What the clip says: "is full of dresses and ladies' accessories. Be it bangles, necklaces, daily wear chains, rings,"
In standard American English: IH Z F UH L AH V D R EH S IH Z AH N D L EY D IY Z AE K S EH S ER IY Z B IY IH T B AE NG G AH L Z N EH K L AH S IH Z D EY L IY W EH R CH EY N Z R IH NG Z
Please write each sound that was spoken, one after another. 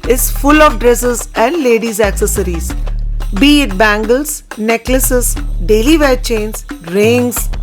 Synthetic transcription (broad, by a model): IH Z F UH L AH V D R EH S IH Z AH N D L EY D IY Z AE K S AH S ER IY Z B IY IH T B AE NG G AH L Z N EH K L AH S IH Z D EY L IY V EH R CH EY N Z R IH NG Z